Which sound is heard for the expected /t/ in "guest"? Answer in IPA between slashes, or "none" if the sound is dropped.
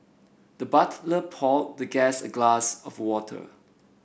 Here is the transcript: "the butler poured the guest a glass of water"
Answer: none